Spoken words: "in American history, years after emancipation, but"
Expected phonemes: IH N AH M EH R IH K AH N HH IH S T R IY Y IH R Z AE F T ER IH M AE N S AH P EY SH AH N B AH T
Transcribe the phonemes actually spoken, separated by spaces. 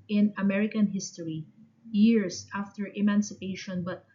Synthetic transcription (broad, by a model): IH N AH M EH R IH K AH N HH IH S T R IY Y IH R S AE F T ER IH M AE N S AH P EY SH AH N B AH T